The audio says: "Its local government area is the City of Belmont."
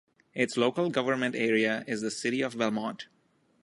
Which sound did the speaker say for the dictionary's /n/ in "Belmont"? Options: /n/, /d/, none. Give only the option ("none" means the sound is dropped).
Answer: none